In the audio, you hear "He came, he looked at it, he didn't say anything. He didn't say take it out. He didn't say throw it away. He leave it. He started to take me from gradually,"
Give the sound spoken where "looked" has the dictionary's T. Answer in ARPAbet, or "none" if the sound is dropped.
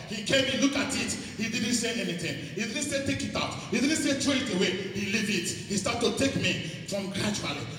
none